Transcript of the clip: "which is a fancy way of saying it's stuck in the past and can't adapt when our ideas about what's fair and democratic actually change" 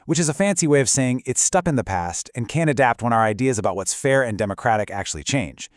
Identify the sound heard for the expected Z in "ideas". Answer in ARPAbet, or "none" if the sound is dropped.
Z